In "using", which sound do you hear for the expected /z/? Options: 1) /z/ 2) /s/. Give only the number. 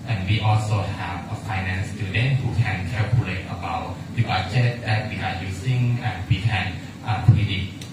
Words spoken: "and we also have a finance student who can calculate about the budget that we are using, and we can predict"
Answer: 2